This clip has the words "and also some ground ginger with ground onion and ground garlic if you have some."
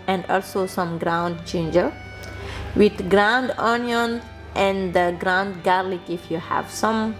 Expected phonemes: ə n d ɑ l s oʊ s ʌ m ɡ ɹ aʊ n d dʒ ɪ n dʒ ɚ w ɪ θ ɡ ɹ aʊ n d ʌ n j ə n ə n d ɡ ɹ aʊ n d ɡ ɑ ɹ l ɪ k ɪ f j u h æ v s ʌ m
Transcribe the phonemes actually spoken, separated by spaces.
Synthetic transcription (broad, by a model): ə n d ɑ l s oʊ s ʌ m ɡ ɹ aʊ n d tʃ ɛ n dʒ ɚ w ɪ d ɡ ɹ aʊ n d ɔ n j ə n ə n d ɡ ɹ aʊ n d ɡ ɑ ɹ l ɪ k ɪ f j u h æ v s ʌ m